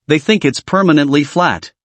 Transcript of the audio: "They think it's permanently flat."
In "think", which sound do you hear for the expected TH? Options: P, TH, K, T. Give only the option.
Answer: TH